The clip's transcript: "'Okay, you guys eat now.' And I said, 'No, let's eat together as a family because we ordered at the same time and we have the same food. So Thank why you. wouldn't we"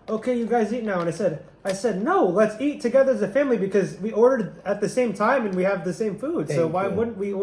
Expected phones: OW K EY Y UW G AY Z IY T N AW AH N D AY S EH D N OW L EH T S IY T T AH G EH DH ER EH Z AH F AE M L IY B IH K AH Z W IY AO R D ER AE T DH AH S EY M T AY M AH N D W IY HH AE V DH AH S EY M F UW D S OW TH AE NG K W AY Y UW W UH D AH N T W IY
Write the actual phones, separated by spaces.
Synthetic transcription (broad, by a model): OW K EY Y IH G AY Z IY T N AW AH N D AY S EH D N OW L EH T S IY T T AH G EH DH ER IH Z AH F AE M L IY B IH K AH Z W IY AO R D ER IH T DH AH S EY M T AY M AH N W IY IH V DH AH S EY M F UW D S OW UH W AY W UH D N T W IY